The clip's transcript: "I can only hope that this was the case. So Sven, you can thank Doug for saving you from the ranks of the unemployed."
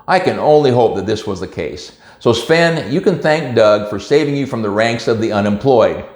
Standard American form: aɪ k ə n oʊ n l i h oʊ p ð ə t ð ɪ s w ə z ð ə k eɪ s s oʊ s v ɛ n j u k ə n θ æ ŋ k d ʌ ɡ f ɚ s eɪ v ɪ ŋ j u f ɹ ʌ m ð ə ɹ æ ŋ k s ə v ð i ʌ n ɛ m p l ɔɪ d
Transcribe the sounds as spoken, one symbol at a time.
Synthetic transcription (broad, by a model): aɪ k ə n oʊ n l i h oʊ p ð ə t ð ɪ s w ə z ð ə k eɪ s s oʊ s p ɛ n j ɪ k ə n θ æ ŋ k d ʌ ɡ f ɚ s eɪ v ɪ ŋ j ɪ f ɹ ʌ m ð ə ɹ æ ŋ k s ə v ð i ʌ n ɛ m p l ɔɪ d